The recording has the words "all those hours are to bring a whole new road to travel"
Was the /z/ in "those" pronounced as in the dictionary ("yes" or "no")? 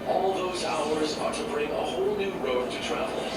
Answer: yes